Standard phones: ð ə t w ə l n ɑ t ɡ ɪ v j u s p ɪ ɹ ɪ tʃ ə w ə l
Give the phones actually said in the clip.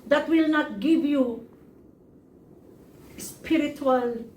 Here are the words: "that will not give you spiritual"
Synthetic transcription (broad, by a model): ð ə t w ə l n ɑ t ɡ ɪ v j u s p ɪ ɹ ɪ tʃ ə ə l